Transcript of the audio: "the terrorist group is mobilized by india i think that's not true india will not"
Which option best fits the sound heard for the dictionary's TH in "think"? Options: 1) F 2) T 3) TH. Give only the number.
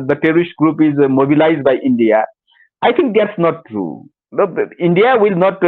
2